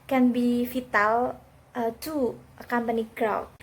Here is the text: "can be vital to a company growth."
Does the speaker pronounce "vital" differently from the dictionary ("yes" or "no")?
yes